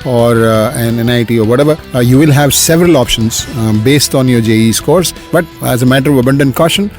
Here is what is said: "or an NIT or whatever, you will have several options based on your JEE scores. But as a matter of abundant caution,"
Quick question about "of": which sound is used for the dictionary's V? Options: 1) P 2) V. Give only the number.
2